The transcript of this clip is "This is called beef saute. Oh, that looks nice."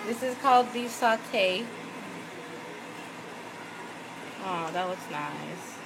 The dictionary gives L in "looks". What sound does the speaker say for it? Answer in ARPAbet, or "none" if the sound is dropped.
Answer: W